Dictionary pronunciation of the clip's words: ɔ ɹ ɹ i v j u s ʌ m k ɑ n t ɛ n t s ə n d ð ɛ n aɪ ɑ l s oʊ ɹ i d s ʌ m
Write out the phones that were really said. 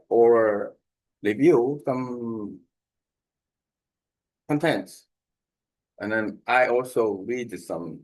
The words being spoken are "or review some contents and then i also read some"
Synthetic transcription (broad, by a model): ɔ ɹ l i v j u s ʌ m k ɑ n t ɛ n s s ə n ð ɛ n aɪ ɑ l s oʊ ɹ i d s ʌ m